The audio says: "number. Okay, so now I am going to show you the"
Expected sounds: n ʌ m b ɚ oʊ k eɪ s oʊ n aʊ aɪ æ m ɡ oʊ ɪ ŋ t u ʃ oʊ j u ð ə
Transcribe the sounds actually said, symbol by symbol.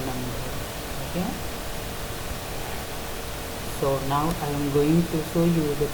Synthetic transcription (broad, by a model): n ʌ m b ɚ oʊ k eɪ s oʊ n aʊ aɪ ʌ m ɡ oʊ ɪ ŋ t u s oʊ j u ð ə